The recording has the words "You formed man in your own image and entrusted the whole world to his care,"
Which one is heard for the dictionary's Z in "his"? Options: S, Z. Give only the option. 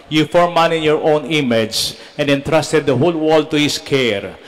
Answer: S